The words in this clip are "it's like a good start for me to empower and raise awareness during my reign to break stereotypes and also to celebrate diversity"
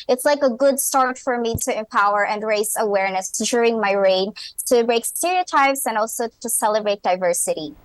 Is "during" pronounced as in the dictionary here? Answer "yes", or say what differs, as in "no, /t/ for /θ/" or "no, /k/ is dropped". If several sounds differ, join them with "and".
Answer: yes